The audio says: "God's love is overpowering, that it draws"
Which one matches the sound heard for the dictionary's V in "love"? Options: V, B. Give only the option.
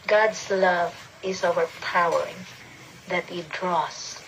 V